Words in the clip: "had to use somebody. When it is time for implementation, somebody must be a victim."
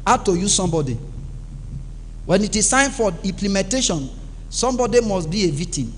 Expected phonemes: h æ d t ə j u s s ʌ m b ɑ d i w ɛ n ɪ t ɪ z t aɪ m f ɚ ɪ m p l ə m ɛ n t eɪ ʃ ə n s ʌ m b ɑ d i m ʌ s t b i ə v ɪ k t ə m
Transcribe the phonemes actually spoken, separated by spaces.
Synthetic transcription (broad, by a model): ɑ t ə j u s s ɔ m b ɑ d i w ɛ n ɪ t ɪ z s aɪ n f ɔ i m p l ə m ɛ n t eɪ ʃ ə n s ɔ m b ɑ d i m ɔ s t b i ə v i k t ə m